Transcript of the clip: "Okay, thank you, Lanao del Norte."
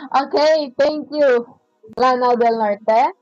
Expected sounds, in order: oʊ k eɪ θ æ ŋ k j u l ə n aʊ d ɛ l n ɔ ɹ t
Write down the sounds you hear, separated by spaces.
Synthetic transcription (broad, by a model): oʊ k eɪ t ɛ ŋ k j u l ə n aʊ d ɛ l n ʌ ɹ t